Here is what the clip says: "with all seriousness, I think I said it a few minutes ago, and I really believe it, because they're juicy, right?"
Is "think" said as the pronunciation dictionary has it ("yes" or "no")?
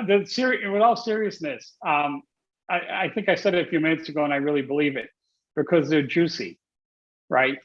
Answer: yes